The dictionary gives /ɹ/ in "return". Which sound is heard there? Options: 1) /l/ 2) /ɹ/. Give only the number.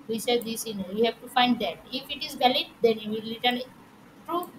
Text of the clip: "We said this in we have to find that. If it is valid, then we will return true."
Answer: 1